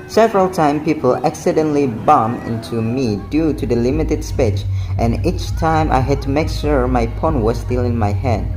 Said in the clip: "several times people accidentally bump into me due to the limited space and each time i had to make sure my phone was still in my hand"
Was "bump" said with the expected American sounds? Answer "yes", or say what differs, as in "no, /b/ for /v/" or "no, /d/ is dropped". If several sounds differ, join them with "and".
no, /p/ is dropped